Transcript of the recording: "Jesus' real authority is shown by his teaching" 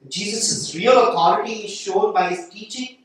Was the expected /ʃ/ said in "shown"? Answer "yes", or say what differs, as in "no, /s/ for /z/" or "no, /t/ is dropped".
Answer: yes